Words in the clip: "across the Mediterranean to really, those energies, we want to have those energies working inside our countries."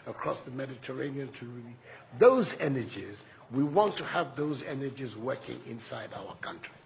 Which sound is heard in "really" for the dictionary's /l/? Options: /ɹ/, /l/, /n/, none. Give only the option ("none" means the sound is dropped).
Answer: none